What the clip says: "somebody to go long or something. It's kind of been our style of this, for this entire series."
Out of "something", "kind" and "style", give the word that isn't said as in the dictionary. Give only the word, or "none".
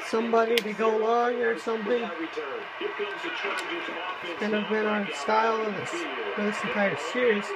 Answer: kind